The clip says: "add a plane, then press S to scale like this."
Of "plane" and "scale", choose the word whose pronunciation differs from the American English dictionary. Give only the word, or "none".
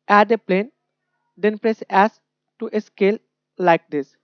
none